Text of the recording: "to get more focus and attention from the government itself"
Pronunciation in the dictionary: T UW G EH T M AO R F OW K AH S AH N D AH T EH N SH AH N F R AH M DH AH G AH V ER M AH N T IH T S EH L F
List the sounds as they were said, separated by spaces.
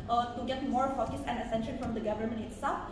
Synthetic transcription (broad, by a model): T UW G EH T M AO R F OW K AH S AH N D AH S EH N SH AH N F R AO M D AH G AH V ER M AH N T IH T S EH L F